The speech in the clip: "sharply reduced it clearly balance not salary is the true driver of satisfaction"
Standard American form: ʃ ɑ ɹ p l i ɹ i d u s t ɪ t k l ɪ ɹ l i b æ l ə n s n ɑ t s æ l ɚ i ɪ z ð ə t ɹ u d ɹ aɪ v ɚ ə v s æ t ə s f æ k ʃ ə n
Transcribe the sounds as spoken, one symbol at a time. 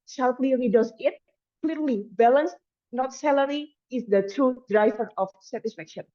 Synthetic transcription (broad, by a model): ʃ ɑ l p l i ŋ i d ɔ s ɪ t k l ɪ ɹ l i b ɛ l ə n s n ɑ t s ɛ l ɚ i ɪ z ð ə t u d ɹ aɪ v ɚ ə f s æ t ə s f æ k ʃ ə n